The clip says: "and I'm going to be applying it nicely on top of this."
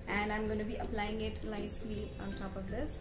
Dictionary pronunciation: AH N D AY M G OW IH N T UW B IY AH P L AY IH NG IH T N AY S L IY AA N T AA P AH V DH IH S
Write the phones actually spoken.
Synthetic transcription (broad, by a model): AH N D AY M G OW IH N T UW B IY AH P L AY IH NG IH T L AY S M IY AA N T AA P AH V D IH S